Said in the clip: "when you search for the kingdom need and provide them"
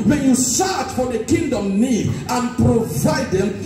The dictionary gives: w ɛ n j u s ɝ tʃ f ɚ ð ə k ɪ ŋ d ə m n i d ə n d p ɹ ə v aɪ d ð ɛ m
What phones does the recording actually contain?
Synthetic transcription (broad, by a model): w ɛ n j u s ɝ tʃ f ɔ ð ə k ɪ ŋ d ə m n i d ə n p ɹ ə v aɪ d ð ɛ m